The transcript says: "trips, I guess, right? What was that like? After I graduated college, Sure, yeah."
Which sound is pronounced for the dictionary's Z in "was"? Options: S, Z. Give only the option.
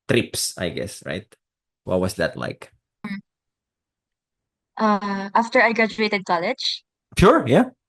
S